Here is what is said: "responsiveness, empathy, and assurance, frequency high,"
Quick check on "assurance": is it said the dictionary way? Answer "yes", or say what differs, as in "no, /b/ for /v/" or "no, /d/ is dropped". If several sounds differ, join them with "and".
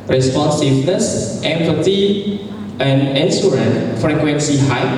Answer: no, /s/ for /ʃ/ and /s/ is dropped